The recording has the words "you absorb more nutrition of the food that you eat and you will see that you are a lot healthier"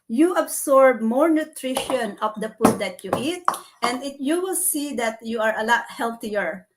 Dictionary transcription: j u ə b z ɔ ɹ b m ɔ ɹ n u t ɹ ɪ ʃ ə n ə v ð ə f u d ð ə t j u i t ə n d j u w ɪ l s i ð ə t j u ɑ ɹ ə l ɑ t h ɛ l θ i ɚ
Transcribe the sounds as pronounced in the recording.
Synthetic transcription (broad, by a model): j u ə b s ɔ ɹ b m ɔ ɹ n u t ɹ ɪ ʃ ə n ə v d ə p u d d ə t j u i t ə n d j u w ɪ l s i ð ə t j u ɑ ɹ ə l ɑ t h ɛ l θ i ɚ